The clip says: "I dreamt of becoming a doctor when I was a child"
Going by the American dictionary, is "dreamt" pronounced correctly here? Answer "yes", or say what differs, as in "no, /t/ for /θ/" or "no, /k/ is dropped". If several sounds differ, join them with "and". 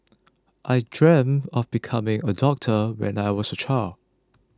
no, /t/ is dropped